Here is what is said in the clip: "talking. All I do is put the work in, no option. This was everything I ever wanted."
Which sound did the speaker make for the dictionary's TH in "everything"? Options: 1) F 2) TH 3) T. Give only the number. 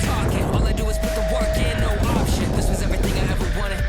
2